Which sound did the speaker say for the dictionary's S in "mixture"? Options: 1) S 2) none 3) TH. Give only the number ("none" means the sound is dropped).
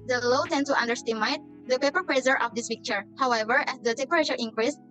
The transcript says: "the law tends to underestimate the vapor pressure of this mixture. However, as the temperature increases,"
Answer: 2